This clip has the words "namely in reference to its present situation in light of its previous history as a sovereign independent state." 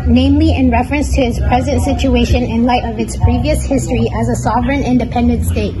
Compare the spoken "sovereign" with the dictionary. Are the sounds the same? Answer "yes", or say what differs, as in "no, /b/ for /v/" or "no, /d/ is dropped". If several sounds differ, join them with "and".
yes